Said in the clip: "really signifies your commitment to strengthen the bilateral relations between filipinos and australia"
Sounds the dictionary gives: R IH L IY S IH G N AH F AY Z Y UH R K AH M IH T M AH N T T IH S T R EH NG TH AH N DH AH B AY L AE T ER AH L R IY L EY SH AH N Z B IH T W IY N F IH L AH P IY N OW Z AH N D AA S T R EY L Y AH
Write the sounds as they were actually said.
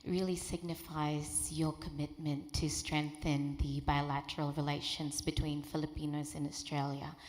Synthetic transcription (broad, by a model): R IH L IY S IH G N AH F AY Z Y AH R K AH M IH T M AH N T T IH S T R EH NG TH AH N DH AH B AY L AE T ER L R IY L EY SH AH N Z B IH T W IY N F IH L AH P IY N OW Z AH N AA S T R EY L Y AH